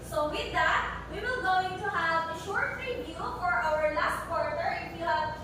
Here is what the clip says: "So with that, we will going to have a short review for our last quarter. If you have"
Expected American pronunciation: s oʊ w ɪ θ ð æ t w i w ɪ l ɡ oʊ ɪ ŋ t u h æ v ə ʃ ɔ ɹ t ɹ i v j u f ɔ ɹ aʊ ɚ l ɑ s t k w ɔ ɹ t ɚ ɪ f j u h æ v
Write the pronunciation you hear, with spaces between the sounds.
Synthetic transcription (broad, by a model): s oʊ w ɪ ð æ t w i w ɪ l ɡ oʊ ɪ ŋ t u h æ v ə ʃ ɔ ɹ t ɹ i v j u f ɔ ɹ aʊ ɚ l ɑ s t k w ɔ ɹ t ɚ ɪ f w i h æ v